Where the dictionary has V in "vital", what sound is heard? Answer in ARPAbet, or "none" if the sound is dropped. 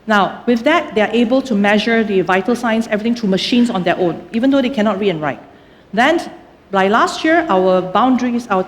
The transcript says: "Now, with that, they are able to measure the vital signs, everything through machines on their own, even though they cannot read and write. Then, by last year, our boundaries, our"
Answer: V